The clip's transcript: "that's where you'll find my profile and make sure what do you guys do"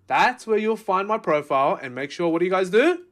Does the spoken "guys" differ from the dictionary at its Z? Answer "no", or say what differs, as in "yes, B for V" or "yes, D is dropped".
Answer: no